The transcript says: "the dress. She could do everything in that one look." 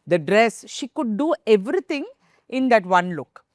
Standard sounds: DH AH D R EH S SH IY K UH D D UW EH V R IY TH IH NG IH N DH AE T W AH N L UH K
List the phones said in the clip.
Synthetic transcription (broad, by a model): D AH D R EH S SH IY K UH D D UW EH V R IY T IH NG IH N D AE T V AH N L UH K